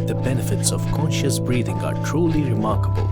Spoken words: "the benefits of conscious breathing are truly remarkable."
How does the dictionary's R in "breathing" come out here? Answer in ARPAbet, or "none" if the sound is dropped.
R